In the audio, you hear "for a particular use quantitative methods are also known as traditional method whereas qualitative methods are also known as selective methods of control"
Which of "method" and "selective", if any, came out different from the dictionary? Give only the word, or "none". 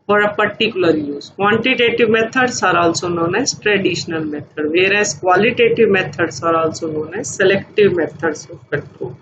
method